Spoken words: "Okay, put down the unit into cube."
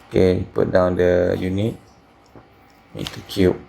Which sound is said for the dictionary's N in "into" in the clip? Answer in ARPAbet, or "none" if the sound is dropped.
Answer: none